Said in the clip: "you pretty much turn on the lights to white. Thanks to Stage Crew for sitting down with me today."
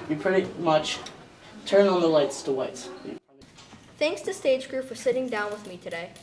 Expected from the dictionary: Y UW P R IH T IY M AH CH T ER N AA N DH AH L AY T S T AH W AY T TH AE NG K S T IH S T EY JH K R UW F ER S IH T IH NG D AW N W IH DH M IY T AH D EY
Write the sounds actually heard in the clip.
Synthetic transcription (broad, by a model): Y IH P R IH T IY M AH CH T ER N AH N DH AH L AY T S T AH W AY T TH AE NG K S T IH S T EY JH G R UW F ER S IH T IH NG D AW N W IH DH M IY T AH D EY